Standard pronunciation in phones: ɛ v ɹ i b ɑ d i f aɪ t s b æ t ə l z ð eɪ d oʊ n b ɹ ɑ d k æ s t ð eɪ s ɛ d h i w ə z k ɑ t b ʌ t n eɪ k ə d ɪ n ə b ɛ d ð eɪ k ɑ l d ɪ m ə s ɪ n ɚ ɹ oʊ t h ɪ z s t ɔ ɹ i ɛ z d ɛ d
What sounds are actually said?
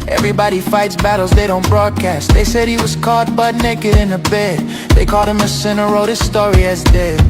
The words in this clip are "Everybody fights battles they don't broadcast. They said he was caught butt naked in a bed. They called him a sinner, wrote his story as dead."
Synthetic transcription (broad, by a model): ɛ v ɹ i b ɑ d i f aɪ t s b æ t l z ð eɪ d oʊ n b ɹ ɑ d k æ s t ð eɪ s ɛ d h i w ə z k ɑ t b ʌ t n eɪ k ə d ɪ n ə b ɛ d ð eɪ k ɑ l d ɪ m ə s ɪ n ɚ ɹ oʊ t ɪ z s t ɔ ɹ i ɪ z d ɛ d